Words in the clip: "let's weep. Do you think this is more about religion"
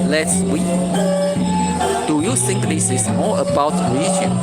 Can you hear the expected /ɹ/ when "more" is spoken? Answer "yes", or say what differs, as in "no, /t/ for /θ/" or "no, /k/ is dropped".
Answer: no, /l/ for /ɹ/